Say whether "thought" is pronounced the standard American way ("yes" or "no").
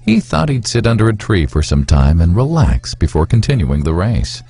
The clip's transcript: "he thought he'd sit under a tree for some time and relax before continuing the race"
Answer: yes